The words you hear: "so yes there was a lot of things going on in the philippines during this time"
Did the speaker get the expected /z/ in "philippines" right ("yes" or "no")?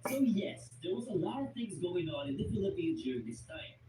no